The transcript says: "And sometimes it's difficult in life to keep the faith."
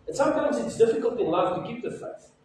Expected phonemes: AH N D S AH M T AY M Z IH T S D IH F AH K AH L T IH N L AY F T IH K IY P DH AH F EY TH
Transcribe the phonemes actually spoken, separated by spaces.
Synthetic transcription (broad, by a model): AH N S AH M T AY M Z IH T S D IH F AH K AH L T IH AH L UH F T IH K IY P DH AH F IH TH